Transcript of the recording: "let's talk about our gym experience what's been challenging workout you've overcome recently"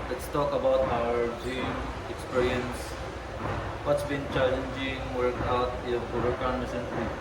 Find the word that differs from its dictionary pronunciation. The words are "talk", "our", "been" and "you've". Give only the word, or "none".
you've